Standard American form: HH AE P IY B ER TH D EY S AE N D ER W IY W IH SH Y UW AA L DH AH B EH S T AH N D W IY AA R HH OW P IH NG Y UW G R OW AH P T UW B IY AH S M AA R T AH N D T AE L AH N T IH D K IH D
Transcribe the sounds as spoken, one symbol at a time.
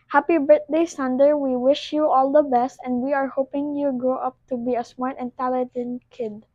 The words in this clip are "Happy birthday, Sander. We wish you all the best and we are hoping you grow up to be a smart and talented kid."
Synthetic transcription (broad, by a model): HH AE P IY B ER T D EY S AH N D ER W IY W IH SH Y UW AA L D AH B EH S T AH N D W IY AA R HH OW P IH NG Y UW G R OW AH P T UW B IY AH S M AA R T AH N T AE L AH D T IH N K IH D